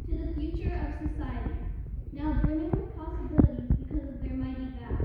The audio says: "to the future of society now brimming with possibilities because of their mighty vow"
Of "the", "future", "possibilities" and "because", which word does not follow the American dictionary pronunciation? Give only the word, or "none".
none